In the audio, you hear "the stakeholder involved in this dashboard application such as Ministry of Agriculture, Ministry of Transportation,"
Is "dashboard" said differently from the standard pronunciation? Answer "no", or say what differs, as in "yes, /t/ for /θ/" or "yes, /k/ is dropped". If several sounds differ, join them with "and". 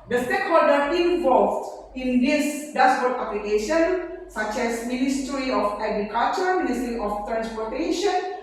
yes, /s/ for /ʃ/